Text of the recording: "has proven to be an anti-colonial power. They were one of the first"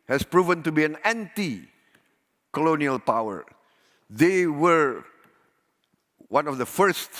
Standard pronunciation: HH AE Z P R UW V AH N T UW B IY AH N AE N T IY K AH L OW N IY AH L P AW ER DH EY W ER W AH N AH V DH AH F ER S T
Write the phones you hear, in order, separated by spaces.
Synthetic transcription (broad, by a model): HH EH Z P R UW V AH N T UW B IY AH N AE N T IY K AH L OW N IY AH L P AW ER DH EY W ER W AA N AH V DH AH F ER S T